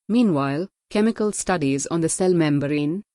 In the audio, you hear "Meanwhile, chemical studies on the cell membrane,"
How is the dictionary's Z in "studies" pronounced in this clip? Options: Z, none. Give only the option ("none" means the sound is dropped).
Z